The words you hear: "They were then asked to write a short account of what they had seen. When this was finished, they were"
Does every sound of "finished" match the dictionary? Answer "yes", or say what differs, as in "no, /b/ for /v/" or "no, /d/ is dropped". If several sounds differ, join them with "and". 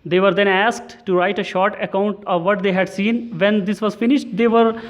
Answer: yes